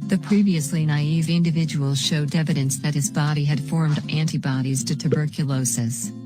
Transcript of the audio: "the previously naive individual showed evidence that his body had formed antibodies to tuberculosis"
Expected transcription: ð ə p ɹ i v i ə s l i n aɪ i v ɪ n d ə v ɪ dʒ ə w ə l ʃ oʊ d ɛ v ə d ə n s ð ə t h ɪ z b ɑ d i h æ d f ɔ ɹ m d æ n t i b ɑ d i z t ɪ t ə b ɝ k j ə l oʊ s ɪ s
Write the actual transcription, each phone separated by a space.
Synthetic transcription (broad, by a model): ð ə p ɹ i v i ə s l i n aɪ i v ɪ n d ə v ɪ dʒ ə w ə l ʃ oʊ d ɛ v ə d ə n s ð ə t h ɪ z b ɑ d i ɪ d f ɔ ɹ m d æ n t i b ɑ d i z t ɪ t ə b ɝ k j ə l oʊ s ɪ s